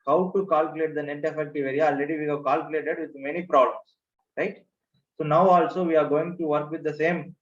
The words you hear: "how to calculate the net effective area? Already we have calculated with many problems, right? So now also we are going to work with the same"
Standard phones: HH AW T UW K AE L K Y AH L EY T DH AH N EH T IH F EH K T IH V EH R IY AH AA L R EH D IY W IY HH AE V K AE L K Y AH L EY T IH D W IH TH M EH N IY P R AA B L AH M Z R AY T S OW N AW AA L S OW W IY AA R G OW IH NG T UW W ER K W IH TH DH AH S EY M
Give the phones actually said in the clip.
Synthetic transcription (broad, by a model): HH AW T UW K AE L K Y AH L EY T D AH N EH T IH F EH K T IH V EH R IY AH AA L EH D IY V IY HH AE V K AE L K Y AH L EY T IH D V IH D M EH N IY P R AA B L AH M S R AY T S OW N AW AA L S OW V IY AA R G OW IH NG T UW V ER K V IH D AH S EY M